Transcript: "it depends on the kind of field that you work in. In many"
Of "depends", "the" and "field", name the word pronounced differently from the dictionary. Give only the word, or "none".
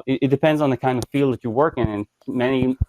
none